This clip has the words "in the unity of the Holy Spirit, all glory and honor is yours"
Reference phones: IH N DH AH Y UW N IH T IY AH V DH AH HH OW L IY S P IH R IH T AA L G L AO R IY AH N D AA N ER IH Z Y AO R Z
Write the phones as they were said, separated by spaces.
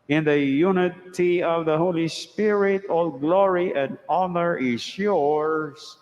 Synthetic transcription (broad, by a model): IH N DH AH Y UW N IH T IY AH V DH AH HH OW L IY S P IH R IH T AA L G L AO R IY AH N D AA N ER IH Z Y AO R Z